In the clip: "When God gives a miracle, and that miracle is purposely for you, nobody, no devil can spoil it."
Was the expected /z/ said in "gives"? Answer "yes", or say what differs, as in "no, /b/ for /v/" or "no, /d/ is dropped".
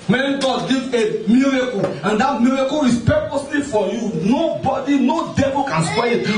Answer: no, /z/ is dropped